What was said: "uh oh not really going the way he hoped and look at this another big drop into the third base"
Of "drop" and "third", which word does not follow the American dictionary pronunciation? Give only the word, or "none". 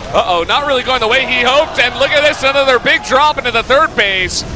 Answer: none